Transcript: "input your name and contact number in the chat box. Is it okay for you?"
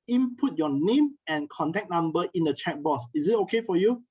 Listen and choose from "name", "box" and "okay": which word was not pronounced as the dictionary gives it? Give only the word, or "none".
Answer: box